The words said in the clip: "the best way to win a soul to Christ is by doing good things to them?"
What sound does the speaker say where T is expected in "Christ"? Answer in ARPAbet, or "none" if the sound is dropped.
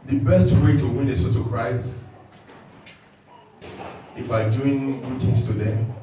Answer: none